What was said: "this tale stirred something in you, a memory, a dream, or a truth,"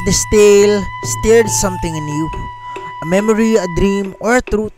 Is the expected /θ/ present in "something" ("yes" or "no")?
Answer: no